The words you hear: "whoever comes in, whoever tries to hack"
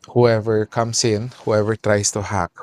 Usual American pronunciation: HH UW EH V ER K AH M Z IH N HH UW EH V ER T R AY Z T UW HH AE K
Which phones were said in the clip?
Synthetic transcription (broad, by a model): HH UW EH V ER K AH M S IH N HH UW EH V ER T R AY S T UW HH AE K